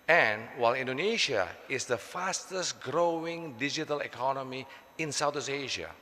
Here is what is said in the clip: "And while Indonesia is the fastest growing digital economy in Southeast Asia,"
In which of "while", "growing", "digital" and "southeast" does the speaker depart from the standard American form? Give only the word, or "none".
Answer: southeast